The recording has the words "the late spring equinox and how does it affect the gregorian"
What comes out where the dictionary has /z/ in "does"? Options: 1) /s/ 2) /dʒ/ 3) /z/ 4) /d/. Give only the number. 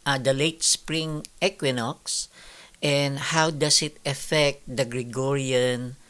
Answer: 1